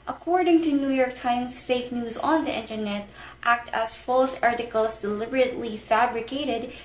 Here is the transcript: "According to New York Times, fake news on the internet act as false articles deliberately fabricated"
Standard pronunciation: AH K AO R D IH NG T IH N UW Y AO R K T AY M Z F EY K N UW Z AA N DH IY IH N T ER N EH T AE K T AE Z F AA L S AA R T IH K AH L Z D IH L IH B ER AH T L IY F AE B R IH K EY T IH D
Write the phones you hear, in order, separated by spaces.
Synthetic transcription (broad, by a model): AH K AO R D IH NG T IH N UW Y AO R K T AY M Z F EY K N UW Z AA N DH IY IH N T ER N EH T AE K T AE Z F AA L S AA R T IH K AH L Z D IH L IH B ER AH T L IY F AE B R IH K EY T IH D